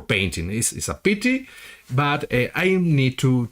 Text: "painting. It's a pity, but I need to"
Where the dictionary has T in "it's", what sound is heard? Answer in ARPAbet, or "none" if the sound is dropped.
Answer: S